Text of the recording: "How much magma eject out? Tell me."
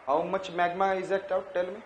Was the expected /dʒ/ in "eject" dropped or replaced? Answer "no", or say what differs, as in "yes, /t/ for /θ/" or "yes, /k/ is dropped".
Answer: yes, /z/ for /dʒ/